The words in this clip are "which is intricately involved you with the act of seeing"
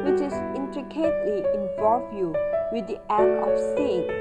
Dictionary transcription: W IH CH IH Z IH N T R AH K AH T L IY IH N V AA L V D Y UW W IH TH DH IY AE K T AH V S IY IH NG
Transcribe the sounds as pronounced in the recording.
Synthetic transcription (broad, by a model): W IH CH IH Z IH N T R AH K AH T L IY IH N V AA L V Y UW W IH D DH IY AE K AH F S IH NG